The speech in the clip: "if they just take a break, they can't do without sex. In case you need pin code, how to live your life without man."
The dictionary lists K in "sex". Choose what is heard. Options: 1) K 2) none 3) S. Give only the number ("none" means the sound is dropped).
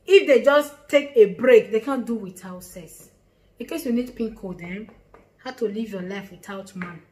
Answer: 2